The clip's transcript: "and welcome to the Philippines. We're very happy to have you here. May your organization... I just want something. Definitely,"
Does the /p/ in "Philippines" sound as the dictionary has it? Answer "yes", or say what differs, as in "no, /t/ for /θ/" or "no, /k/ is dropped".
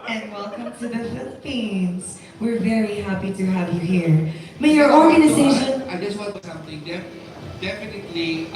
yes